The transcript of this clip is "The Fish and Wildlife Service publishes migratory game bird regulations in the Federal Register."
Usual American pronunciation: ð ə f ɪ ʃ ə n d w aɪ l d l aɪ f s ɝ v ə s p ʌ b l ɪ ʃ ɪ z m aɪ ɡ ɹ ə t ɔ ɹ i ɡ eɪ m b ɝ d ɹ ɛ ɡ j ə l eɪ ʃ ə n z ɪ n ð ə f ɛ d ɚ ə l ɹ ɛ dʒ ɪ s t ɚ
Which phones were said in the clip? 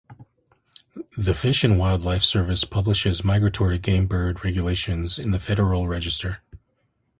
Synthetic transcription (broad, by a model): ð ə f ɪ ʃ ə n w aɪ l d l aɪ f s ɝ v ə s p ʌ b l ɪ ʃ ɪ z m aɪ ɡ ɹ ə t ɔ ɹ i ɡ eɪ m b ɝ d ɹ ɛ ɡ j ə l eɪ ʃ ə n z ɪ n ð ə f ɛ d ɚ l ɹ ɛ dʒ ɪ s t ɚ